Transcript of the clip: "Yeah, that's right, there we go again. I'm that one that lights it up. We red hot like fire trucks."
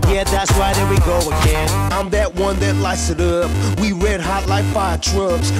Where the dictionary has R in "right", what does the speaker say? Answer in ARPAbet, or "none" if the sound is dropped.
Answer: W